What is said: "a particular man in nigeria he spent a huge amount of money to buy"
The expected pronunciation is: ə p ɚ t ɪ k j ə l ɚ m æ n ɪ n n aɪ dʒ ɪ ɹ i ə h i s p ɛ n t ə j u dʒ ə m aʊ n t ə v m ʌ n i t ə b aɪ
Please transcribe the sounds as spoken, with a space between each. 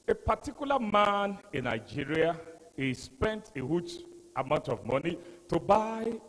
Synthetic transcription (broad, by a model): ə p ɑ t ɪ k j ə l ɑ m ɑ n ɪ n n aɪ dʒ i ɹ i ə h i s p ɛ n t ə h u tʃ ə m aʊ n t ə v m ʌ n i t ə b aɪ